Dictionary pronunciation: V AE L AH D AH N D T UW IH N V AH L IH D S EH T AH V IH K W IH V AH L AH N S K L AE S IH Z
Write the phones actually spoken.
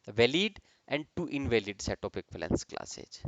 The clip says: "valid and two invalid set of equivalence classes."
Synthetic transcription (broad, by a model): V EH L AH D AH N D T UW IH N V AH L IH D S EH T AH P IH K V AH L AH N S K L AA S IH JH